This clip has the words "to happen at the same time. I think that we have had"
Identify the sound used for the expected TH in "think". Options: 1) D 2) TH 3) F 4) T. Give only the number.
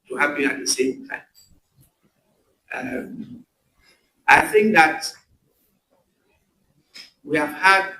2